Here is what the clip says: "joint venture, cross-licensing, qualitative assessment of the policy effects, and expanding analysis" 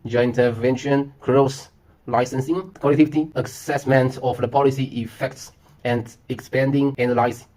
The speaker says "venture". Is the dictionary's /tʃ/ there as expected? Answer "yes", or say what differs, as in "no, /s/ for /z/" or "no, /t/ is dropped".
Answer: no, /ʃ/ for /tʃ/